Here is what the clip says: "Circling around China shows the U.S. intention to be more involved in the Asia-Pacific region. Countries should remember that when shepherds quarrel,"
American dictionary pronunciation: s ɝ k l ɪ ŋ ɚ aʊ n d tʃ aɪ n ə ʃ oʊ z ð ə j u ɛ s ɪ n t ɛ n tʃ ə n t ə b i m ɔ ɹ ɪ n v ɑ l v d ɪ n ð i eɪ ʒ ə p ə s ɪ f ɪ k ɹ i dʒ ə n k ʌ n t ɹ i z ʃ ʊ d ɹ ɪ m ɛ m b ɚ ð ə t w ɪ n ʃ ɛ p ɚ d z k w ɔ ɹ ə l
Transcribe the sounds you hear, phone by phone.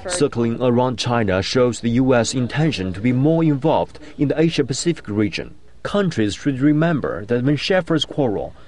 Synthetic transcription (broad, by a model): s ɝ k l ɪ ŋ ɚ aʊ n d tʃ aɪ n ə ʃ oʊ z ð ə j u ɛ s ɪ n t ɛ n ʃ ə n t ə b i m ɔ ɹ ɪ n v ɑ l v d ɪ n ð i eɪ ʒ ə p ə s ɪ f ɪ k ɹ i dʒ ə n k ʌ n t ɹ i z ʃ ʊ d ɹ ɪ m ɛ m b ɚ ð ə t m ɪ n ʃ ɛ f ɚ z k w ɔ ɹ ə l